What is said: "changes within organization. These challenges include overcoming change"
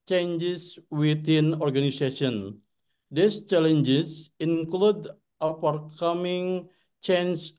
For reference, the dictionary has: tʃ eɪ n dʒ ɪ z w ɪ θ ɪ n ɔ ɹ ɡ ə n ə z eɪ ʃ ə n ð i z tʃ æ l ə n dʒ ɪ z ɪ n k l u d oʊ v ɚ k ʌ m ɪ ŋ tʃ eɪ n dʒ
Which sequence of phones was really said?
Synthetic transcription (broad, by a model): tʃ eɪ n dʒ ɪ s w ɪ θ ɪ n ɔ ɹ ɡ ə n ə s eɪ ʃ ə n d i s tʃ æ l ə n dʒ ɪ s ɪ n k l u d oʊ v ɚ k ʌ m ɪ ŋ tʃ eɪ n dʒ